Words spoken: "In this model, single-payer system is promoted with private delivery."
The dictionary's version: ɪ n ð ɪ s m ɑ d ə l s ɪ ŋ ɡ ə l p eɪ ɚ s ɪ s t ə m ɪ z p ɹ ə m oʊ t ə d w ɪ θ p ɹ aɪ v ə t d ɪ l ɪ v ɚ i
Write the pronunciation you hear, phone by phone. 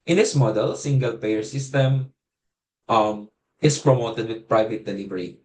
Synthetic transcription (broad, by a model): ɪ n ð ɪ s m ɑ d ə l s ɪ ŋ ɡ ə l p eɪ ɚ s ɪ s t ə m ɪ s p ɹ ə m oʊ t ə d w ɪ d p ɹ aɪ v ə t d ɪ l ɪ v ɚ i